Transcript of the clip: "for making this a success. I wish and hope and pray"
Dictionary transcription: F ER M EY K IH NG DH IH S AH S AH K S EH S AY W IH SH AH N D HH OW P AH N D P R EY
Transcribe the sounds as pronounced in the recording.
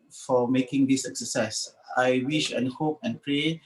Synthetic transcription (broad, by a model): F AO M EY K IH NG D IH S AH S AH S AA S AY W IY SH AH N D HH OW P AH N P R EY